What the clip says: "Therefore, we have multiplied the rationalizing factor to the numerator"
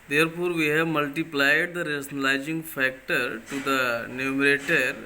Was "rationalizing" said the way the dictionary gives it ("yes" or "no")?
no